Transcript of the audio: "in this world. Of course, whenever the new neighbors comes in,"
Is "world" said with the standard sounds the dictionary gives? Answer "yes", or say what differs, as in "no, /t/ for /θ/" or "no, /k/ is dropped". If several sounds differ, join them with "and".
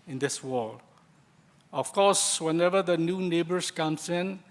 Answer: no, /d/ is dropped